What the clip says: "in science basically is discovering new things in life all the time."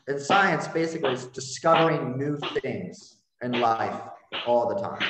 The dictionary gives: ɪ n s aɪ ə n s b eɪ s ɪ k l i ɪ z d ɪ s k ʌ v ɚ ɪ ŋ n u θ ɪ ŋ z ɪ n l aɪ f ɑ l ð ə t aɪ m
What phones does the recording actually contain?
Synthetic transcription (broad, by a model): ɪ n s aɪ ə n s b eɪ s ɪ k l i ɪ z d ɪ s k ʌ v ɚ ɪ ŋ n u θ ɪ ŋ z ɪ n l aɪ f ɑ l ð ə t aɪ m